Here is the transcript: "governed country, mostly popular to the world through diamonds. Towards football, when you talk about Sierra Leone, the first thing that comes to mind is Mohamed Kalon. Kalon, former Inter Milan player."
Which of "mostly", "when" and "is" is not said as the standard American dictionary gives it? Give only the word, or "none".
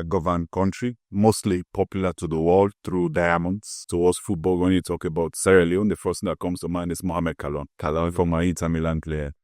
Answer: is